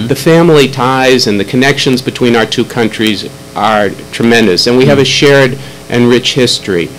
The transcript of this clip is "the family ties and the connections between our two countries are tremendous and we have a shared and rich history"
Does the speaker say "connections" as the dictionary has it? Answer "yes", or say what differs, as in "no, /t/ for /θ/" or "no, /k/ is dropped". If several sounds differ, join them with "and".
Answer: yes